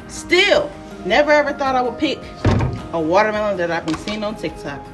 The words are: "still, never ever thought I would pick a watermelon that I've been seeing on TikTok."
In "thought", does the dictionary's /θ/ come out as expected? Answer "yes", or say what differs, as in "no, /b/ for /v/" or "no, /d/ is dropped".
yes